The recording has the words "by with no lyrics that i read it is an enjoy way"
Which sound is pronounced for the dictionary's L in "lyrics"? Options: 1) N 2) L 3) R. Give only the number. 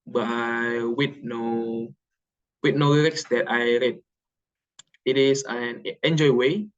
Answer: 1